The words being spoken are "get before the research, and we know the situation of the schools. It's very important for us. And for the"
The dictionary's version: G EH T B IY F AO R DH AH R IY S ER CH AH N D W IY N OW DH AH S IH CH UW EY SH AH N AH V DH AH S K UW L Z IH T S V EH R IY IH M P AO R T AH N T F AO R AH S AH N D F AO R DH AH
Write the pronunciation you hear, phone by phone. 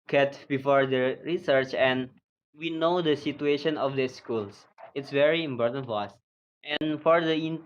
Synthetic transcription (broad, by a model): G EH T B IY F AO R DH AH R IY S ER CH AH N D W IY N OW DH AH S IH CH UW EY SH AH N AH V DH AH S K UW L S IH T S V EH R IY IH M P AO R T AH N T F AO R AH S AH N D F AO R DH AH